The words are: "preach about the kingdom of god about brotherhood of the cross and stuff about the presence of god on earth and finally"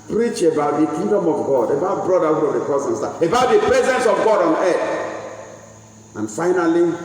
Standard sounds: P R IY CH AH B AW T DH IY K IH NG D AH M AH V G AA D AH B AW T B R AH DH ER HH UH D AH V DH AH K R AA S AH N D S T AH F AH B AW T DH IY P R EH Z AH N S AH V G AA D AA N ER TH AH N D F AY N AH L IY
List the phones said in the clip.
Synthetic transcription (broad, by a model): P R IY CH AH B AW T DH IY K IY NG D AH M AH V G AA D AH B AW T B R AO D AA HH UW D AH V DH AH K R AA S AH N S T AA AH B AW T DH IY P R EH Z AH N S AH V G AA D AA N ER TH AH N F AY N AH L IY